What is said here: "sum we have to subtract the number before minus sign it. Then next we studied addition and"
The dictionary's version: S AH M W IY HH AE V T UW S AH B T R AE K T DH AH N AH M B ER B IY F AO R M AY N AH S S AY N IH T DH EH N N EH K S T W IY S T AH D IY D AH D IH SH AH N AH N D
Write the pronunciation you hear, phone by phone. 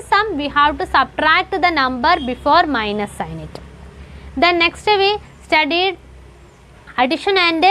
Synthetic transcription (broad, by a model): S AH M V IY HH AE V T UW S AH B T R AE K T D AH N AH M B ER B IY F AO R M AY N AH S S AY N IH T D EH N N EH K S T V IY S T AH D IY D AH D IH SH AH N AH N D